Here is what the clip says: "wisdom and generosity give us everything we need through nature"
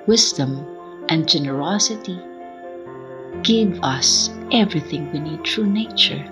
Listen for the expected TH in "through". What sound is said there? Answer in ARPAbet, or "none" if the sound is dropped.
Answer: T